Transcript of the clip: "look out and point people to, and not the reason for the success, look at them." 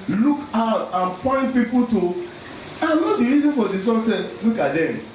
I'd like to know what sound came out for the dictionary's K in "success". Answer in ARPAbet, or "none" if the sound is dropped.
none